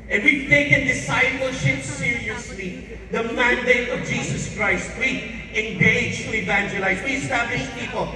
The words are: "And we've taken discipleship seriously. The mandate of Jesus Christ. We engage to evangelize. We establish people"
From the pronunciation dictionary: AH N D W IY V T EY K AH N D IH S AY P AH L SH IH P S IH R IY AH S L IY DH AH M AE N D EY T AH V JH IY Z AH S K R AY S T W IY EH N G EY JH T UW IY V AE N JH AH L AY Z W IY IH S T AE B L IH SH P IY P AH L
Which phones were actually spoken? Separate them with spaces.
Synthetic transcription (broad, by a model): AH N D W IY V T EY K AH N D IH S AY P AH L SH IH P S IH R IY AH S L IY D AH M AE N D EY T AH V JH IY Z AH S K R AY S T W IY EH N G EY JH T UW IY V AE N JH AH L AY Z W IY IH S T AE B L IH SH P IY P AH L